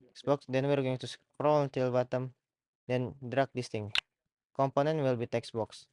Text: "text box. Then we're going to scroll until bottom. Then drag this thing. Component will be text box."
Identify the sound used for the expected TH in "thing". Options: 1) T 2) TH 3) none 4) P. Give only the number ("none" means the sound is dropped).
1